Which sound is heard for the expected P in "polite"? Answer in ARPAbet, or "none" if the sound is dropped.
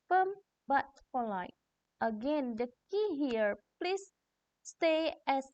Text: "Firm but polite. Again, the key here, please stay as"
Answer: F